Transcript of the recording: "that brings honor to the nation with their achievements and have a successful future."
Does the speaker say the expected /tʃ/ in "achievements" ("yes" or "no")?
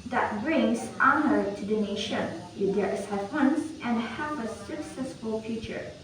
no